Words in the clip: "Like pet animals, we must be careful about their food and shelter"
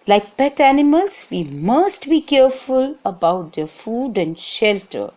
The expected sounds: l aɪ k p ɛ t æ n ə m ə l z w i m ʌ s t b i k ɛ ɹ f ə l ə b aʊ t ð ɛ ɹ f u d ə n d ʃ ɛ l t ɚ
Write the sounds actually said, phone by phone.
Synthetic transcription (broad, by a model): l aɪ k p ɛ t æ n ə m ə l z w i m ʌ s t b i k ɛ ɹ f ə l ə b aʊ t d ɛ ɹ f u d ə n d ʃ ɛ l t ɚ